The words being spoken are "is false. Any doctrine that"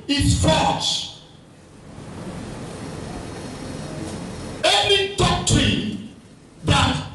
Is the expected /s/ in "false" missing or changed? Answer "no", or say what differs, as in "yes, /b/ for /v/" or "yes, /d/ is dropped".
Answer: yes, /ʃ/ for /s/